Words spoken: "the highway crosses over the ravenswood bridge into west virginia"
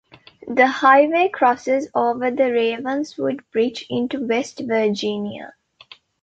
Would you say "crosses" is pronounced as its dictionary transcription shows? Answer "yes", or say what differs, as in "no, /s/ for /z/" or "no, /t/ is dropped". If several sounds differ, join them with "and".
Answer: yes